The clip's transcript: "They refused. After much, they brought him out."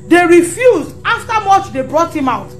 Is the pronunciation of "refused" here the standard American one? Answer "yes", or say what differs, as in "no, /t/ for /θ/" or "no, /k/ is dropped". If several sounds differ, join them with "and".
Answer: yes